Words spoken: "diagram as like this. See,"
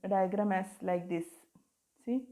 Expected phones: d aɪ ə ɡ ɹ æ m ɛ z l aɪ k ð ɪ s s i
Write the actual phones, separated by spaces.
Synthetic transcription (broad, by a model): d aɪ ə ɡ ɹ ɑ m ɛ s l aɪ k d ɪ s s i